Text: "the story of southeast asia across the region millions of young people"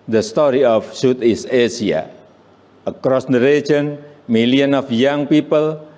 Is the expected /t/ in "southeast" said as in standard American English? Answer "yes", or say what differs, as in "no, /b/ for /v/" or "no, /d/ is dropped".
no, /t/ is dropped